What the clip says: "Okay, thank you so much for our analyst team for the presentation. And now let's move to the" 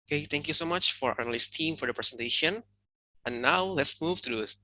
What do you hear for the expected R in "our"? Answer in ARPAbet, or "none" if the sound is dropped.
R